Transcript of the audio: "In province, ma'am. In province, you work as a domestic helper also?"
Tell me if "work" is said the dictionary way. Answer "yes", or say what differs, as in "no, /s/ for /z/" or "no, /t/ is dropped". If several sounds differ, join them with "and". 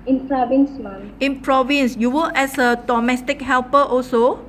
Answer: no, /k/ is dropped